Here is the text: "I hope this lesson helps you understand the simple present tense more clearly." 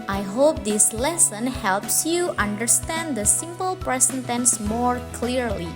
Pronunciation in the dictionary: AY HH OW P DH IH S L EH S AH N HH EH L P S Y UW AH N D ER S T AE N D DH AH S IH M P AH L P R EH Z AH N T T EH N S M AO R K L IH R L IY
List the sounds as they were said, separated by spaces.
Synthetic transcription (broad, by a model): AY HH OW P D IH S L EH S AH N HH EH L P S Y UW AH N D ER S T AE N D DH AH S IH M P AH L P R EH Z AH N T T EH N S M AO R K L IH R L IY